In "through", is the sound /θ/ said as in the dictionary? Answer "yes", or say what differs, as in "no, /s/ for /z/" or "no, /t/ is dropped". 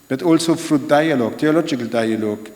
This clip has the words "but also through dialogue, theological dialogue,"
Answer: no, /f/ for /θ/